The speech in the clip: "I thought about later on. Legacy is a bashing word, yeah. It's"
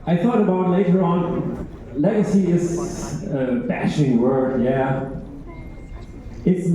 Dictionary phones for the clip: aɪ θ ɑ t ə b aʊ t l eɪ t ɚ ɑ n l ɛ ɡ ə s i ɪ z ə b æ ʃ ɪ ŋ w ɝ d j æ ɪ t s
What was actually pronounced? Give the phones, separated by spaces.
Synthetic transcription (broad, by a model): aɪ θ ɑ t ə b aʊ t l eɪ t ɚ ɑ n l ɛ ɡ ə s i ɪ s ə b æ ʃ ɪ ŋ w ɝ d j æ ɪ t s